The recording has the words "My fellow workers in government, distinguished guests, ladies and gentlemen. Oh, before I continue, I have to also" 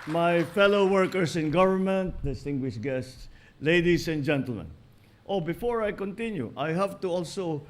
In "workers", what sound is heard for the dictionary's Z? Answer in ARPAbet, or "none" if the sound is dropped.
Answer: S